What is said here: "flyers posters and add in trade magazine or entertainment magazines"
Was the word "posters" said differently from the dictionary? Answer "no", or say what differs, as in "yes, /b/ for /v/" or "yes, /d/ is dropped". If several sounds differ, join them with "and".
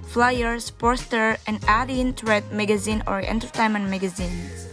yes, /z/ is dropped